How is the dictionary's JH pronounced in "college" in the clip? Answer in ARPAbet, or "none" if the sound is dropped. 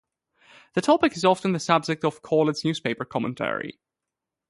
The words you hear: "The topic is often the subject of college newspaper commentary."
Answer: Z